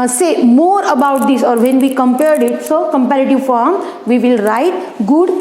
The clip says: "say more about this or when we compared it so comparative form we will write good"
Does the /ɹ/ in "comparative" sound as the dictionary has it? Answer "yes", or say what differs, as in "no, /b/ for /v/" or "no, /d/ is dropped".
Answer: yes